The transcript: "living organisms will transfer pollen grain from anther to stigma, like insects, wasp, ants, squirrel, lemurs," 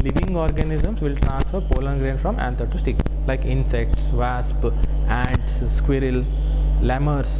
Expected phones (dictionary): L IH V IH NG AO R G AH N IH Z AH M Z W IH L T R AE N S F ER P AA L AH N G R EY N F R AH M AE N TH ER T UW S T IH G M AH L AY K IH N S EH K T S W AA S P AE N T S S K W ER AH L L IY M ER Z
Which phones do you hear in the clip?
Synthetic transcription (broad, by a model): L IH V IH NG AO R G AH N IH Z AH M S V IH L T R AE N S F ER P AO L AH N G R EY N F R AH M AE N T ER T UW S T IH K L AY K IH N S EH K T S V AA S P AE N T S S K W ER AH L L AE M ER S